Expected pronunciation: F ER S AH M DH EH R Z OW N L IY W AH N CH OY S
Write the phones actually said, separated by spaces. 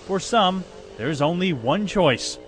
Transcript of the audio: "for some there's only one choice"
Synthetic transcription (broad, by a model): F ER S AH M DH EH R Z OW N L IY W AH N CH OY S